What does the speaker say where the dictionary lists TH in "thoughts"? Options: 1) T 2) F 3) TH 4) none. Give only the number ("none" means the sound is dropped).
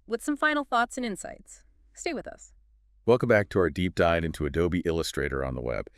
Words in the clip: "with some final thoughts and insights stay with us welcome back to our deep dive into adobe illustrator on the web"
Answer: 3